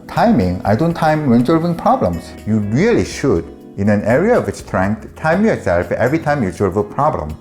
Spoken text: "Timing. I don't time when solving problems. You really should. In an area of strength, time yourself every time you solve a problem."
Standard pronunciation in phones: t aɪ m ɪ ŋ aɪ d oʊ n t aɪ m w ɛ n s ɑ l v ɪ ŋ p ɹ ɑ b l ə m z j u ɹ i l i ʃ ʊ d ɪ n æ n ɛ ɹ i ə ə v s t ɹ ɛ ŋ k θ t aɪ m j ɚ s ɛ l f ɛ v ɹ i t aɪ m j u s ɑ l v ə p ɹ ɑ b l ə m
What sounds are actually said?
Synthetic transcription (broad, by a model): t aɪ m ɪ ŋ aɪ d oʊ n t aɪ m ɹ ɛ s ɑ l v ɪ ŋ p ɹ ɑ b l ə m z j u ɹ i l i ʃ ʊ d ɪ n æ n ɛ ɹ i ə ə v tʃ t ɹ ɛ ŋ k t t aɪ m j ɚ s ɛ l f ɛ v ɹ i t aɪ m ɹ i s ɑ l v ə p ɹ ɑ b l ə m